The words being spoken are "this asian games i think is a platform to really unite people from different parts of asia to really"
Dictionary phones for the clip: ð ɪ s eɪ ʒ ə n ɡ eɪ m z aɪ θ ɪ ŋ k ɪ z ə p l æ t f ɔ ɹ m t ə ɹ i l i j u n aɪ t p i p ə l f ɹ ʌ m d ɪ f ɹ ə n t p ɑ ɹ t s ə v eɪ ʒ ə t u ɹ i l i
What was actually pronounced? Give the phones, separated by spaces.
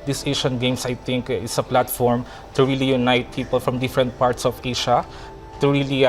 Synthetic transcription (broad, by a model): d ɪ s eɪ ʃ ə n ɡ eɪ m s aɪ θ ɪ ŋ k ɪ s ə p l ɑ t f ɔ ɹ m t ə ɹ i l i j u n aɪ t p i p ə l f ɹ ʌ m d ɪ f ɹ ə n t p ɑ ɹ t s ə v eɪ ʃ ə t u ɹ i l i